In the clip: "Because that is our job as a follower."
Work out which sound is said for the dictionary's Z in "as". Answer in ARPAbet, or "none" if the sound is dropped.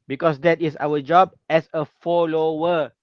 S